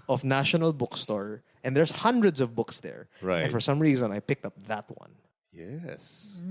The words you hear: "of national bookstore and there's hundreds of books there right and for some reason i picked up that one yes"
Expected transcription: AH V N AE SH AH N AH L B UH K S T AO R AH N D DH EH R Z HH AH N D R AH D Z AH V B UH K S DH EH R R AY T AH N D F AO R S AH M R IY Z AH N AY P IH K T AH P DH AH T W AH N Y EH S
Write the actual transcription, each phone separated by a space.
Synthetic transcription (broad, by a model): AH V N AE SH AH N AH L B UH K S T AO R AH N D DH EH R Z HH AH N D R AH D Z AH V B UH K S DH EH R R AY AH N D F AO R S AH M R IY Z AH N AY P IH K T AH P DH AH T W AH N Y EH S